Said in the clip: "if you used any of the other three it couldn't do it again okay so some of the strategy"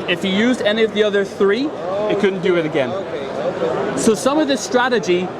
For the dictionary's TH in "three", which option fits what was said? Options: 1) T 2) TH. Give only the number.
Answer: 2